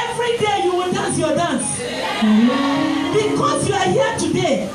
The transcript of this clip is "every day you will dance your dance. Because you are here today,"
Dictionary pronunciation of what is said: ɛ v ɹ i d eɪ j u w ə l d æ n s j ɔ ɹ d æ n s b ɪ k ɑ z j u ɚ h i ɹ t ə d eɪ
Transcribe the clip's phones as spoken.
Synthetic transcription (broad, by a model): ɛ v ɹ i d eɪ j u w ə n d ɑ n s j ɔ d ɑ n s b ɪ k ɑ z j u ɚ h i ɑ t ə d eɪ